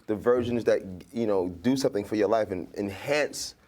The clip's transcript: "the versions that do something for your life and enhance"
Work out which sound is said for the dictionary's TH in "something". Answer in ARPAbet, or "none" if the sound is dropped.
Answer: TH